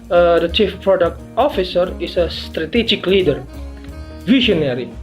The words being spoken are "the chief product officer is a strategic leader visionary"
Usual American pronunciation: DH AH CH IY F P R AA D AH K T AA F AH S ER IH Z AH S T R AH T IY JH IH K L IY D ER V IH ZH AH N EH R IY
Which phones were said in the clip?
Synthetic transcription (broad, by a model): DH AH CH IY F P R AA D AH K T AA F AH S ER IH S AH S T R AH T IY JH IH K L IY D ER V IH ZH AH N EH R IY